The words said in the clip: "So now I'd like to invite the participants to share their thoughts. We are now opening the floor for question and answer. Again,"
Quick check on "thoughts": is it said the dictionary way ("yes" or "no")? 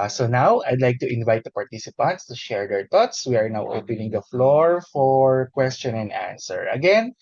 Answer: no